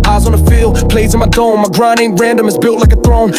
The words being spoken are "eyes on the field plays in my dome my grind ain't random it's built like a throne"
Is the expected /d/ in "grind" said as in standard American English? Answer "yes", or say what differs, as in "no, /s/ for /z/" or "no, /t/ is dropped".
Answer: no, /d/ is dropped